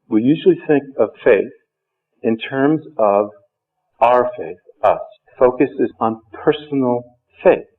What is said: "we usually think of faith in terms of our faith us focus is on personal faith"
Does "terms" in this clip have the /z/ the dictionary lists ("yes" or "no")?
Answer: yes